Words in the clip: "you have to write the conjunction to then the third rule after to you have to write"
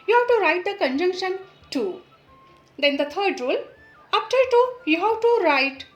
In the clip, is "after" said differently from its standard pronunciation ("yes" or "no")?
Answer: yes